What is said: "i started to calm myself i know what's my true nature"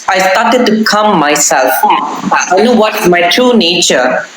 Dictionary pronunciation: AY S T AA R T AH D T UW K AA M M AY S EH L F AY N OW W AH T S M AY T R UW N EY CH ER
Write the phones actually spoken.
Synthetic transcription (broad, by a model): AY S T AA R T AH D T UW K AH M M AY S EH L F AY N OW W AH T M AY T R UW N EY CH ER